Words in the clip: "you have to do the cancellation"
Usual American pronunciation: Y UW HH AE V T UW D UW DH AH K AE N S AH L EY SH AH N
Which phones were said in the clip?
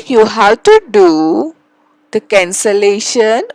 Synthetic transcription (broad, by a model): Y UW HH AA W T UW D UW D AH K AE N S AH L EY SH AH N